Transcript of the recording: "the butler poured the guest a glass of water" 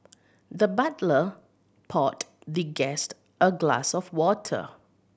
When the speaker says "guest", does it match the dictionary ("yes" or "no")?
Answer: yes